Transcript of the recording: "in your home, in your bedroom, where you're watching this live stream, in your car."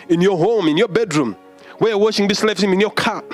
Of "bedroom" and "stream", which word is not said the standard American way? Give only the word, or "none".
stream